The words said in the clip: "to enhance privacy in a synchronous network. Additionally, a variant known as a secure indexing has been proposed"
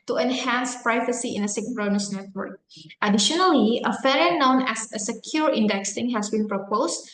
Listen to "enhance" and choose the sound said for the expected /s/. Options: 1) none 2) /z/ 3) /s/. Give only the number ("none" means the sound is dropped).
3